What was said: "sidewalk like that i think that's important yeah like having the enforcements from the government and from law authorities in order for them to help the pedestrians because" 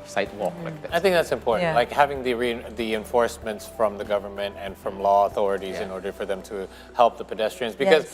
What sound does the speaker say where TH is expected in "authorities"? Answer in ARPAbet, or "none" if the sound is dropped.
TH